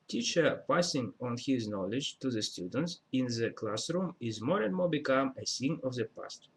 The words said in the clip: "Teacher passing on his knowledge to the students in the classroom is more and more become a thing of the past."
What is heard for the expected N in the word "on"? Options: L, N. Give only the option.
N